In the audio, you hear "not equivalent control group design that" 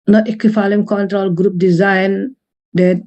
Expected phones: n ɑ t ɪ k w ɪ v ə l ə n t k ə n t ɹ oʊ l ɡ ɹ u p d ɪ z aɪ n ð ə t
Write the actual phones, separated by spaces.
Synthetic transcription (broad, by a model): n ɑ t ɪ k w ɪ f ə l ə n k ə n t ɹ oʊ l ɡ ɹ u p d ɪ z aɪ n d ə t